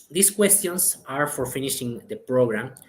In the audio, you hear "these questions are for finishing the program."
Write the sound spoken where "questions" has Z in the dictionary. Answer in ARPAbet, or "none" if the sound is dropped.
S